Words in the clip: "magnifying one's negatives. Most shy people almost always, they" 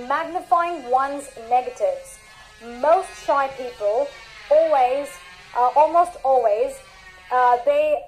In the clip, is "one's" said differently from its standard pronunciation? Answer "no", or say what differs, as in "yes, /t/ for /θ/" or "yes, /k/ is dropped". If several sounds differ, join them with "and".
no